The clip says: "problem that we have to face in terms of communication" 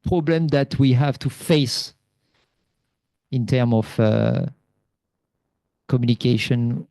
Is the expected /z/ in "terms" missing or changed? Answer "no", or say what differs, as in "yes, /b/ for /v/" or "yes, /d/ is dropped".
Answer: yes, /z/ is dropped